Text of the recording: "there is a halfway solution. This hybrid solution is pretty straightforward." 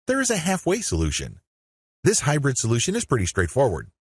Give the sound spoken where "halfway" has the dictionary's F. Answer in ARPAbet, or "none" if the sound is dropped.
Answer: F